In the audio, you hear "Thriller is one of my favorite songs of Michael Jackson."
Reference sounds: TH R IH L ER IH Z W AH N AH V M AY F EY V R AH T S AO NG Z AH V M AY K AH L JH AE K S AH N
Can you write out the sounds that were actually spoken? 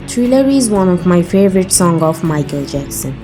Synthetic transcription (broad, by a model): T R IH L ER IH Z W AH N AH V M AY F EY V R AH T S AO NG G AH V M AY K AH L JH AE K S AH N